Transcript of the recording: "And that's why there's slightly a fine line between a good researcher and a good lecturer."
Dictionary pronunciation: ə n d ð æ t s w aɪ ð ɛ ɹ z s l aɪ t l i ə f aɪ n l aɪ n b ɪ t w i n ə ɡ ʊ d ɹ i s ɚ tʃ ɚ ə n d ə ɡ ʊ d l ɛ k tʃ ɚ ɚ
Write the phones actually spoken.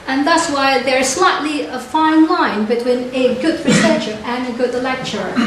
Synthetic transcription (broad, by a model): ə n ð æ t s w aɪ ð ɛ ɹ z s l aɪ t l i ə f aɪ n l aɪ n b ɪ t w i n ə ɡ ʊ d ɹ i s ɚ ʃ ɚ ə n ə ɡ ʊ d l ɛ k tʃ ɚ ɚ